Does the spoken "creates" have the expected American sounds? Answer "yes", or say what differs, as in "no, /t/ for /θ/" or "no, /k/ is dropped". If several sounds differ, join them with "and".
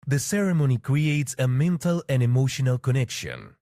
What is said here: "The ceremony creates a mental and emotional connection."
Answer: yes